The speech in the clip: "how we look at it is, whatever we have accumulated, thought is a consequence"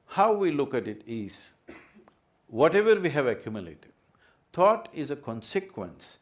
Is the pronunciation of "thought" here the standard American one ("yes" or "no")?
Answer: no